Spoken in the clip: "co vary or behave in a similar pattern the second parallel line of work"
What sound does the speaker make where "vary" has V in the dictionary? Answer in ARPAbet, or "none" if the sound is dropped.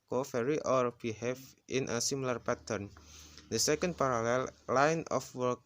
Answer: F